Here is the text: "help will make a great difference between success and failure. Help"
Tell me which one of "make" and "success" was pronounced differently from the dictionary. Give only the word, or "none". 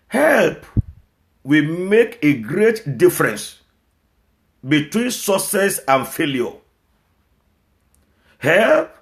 success